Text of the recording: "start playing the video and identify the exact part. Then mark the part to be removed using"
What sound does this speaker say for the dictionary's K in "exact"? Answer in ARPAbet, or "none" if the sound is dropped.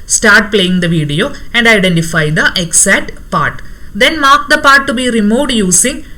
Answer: none